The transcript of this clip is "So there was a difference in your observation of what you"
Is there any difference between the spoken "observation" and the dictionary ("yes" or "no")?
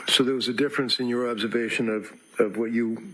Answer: no